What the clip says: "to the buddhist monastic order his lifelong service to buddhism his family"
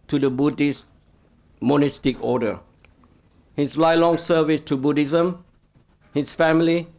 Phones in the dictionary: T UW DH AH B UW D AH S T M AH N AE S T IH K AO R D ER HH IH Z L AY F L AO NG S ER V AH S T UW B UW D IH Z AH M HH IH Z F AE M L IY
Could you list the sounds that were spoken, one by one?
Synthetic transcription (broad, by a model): T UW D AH B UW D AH S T M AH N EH S T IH K AO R D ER HH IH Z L AY L AO NG S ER V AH S T UW B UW D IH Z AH M HH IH S F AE M L IY